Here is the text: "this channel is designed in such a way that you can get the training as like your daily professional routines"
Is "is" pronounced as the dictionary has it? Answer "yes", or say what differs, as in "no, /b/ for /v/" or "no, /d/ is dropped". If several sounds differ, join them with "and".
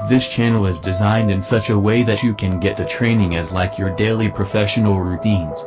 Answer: yes